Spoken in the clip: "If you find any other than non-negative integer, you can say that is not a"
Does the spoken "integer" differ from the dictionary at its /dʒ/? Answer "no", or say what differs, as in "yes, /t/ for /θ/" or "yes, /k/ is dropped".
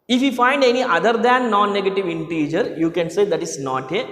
no